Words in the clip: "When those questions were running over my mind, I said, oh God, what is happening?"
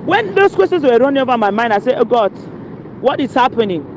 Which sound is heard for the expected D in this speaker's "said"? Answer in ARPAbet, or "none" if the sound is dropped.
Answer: none